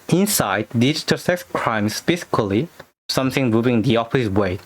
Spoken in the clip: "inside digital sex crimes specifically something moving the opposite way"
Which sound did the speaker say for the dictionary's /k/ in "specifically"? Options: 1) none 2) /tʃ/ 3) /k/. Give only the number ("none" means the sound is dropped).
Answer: 1